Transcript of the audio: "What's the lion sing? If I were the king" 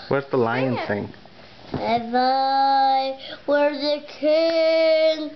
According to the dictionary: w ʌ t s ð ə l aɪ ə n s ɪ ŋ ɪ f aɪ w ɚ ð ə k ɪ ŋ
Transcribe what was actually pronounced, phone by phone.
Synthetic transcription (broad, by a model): w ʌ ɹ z ð ə l aɪ ə n θ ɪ ŋ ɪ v aɪ w ɚ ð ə k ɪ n